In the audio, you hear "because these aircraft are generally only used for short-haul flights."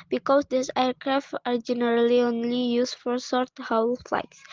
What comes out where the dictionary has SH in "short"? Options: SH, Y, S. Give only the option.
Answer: S